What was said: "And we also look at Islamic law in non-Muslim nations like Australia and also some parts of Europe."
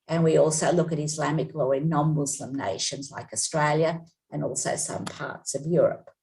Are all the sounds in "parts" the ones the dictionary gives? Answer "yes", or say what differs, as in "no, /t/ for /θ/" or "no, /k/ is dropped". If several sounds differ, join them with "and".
yes